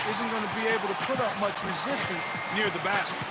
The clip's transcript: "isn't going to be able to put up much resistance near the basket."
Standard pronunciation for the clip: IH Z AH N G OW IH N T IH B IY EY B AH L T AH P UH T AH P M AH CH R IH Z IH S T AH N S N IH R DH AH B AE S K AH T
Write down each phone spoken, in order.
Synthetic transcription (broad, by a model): IH Z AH N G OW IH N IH B IY EY B L T AH P UH T AH P M AH CH R IH Z IH S T AH N S N IH R DH AH B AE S